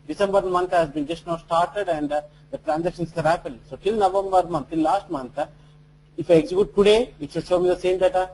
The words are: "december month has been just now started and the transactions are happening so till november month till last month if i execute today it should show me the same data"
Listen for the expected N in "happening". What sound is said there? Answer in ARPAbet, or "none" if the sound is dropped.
none